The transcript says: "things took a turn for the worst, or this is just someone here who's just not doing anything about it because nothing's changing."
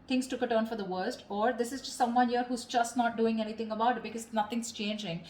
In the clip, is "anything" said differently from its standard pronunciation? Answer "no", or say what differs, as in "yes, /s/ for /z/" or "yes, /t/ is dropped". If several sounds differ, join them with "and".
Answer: yes, /t/ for /θ/